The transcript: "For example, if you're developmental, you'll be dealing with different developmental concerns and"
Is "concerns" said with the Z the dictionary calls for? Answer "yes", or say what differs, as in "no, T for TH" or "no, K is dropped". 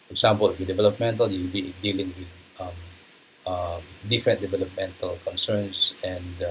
no, S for Z